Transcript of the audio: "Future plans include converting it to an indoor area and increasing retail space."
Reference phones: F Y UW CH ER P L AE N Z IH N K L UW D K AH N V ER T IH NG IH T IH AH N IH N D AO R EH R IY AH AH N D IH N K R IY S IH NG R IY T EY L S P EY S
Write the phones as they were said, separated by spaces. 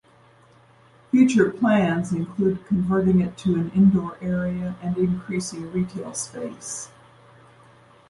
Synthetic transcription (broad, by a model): F Y UW CH ER P L AE N Z IH N K L UW D K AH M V ER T IH NG IH T IH AH N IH N D AO R EH R IY AH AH N IH N K R IY S IH NG R IY T EY L S P EY S